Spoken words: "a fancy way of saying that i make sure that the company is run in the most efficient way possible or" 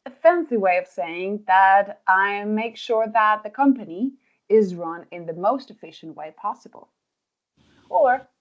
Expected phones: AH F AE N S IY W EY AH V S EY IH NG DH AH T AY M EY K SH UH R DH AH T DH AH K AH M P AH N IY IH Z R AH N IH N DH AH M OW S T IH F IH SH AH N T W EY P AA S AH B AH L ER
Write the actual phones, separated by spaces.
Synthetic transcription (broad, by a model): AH F AE N S IY W EY AH V S EY IH NG DH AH T AY M EY K SH UH R DH AH T DH AH K AH M P AH N IY IH Z R AH N IH N DH AH M OW S T IH F IH SH AH N T W EY P AA S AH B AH L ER